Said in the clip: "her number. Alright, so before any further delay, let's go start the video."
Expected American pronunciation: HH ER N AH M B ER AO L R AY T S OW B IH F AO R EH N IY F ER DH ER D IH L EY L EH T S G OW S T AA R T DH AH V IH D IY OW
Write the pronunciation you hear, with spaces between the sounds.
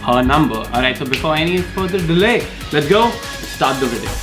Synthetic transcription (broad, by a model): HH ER N AH M B ER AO R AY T S OW B IH F AO R EH N IY F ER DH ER D IH L EY L EH T S G OW S T AA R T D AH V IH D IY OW